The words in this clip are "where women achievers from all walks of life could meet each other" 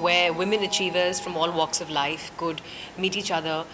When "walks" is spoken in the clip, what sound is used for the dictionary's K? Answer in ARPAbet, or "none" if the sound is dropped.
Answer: K